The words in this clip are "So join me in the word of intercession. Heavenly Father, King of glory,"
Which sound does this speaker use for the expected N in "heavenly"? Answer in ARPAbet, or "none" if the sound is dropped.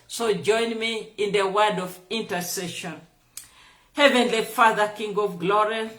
N